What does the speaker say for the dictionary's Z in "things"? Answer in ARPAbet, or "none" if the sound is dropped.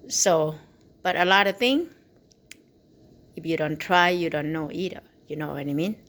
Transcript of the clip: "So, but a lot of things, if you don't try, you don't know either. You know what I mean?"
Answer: none